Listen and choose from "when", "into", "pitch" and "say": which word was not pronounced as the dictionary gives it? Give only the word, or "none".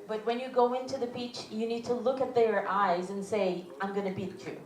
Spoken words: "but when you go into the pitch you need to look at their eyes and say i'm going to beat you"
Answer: pitch